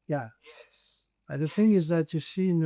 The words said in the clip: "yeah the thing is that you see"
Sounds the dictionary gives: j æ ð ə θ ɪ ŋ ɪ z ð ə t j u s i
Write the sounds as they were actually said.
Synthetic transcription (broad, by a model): j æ ð ə θ ɪ ŋ ɪ z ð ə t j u s i